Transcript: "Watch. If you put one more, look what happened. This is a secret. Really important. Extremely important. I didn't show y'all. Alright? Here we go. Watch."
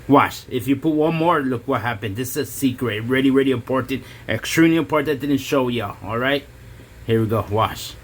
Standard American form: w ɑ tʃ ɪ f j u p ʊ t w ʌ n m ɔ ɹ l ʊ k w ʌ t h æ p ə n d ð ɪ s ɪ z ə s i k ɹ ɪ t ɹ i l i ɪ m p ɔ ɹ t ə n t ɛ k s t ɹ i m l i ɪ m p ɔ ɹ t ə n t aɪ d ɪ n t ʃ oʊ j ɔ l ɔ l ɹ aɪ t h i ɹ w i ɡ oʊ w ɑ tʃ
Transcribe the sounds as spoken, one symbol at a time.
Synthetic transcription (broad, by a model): w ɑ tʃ ɪ f j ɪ p ʊ t w ʌ n m ɔ ɹ l ʊ k w ʌ t h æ p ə n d ð ɪ s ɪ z ə s i k ɹ ɪ t ɹ i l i ɪ m p ɔ ɹ t ə n t ɛ k s t ɹ i m l i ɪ m p ɔ ɹ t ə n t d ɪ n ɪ ʃ oʊ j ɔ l ɔ l ɹ aɪ t h i ɹ w i ɡ oʊ w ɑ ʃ